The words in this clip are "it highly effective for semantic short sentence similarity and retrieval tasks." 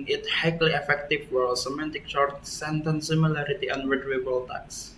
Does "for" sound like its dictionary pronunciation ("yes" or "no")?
no